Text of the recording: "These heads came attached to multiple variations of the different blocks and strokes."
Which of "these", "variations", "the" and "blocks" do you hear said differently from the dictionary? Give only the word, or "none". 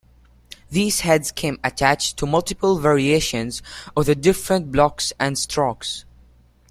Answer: none